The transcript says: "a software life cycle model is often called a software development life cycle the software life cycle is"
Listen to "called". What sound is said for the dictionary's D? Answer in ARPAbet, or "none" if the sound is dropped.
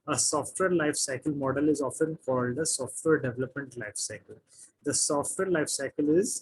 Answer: D